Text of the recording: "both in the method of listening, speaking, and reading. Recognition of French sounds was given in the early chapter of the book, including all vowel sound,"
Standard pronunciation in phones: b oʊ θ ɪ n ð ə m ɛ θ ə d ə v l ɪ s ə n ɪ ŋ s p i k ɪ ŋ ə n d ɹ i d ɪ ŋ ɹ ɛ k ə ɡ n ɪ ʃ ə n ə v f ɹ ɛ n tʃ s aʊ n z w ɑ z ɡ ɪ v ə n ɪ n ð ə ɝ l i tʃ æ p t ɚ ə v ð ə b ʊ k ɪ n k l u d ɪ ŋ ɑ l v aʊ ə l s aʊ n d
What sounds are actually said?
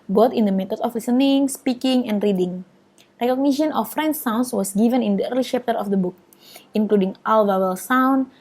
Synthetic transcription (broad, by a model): b oʊ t ɪ n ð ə m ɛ t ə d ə f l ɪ s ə n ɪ ŋ s p i k ɪ ŋ ə n d ɹ i d ɪ ŋ ɹ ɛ k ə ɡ n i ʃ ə n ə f ɹ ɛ n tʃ s aʊ n s w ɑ s ɡ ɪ v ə n ɪ n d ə ɝ l i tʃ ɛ p t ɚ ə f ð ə b ʊ k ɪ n k l u d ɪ ŋ ɑ l v aʊ ə l s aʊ n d